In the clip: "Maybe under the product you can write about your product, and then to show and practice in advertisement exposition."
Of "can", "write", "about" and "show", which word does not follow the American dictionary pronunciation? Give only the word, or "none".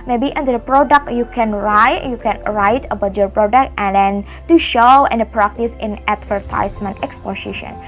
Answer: none